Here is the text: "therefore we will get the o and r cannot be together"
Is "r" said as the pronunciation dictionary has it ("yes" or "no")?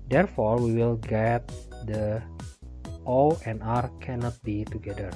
yes